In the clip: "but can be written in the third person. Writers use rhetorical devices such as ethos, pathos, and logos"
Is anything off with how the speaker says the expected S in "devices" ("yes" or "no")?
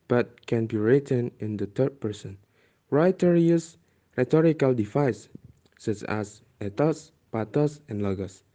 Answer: yes